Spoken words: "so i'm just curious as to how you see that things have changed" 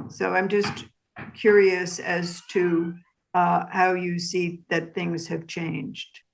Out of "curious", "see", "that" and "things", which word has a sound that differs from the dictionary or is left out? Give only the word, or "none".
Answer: none